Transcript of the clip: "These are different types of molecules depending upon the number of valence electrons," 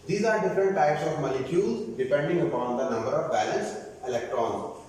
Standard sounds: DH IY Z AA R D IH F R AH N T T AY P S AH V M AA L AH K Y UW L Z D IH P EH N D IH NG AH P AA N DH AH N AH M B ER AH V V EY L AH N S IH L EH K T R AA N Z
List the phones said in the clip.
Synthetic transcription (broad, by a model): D IY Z AA R D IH F R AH N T T AY P S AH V M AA L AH K Y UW L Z D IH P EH N D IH NG AH P AA N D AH N AH M B ER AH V B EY L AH N S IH L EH K T R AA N